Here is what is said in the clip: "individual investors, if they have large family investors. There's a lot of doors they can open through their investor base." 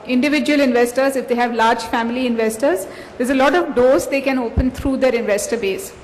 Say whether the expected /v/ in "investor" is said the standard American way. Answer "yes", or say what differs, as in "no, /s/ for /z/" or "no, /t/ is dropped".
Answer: yes